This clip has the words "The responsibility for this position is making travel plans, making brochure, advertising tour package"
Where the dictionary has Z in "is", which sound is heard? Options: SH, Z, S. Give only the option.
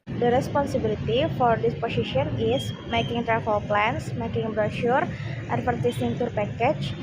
S